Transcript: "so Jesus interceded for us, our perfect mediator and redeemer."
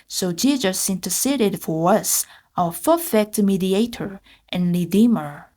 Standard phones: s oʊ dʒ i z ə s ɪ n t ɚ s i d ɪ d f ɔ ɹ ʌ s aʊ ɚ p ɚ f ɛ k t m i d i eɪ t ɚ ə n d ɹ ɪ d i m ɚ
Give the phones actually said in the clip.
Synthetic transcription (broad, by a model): s oʊ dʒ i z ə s ɪ n t ɚ s i d ɪ d f ɔ ɹ ʌ s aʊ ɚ f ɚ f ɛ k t m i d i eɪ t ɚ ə n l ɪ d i m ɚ